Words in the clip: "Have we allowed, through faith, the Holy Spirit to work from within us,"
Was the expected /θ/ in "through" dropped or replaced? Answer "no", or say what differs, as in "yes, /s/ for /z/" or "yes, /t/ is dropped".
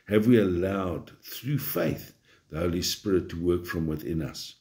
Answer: no